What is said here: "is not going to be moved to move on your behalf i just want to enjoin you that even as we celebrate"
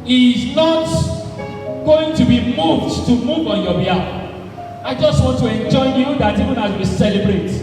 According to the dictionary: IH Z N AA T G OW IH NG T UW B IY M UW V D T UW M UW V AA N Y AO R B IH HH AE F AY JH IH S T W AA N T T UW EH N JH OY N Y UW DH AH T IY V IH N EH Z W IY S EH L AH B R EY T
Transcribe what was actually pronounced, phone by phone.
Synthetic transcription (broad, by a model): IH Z N AA T G OW IH NG T UW B IY M UW V D T UW M UW V AA N Y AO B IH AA AY JH IH S T W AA N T T UW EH N JH OY Y UW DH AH T IY V IH N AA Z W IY S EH L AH B R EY T